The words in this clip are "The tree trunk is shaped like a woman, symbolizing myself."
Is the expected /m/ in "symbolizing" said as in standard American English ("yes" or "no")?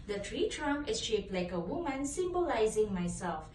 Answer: yes